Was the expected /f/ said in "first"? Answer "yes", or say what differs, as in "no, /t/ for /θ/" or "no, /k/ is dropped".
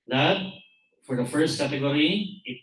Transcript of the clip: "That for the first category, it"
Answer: yes